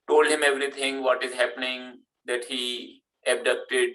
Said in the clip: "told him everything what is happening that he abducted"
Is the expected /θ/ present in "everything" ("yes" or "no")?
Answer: no